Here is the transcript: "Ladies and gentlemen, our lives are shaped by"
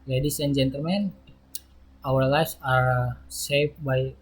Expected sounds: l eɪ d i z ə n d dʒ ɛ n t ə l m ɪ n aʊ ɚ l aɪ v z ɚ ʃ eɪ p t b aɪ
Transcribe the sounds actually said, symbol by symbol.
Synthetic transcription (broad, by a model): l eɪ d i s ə n dʒ ɛ n t ə l m ɪ n aʊ ɚ l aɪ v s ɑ s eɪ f b aɪ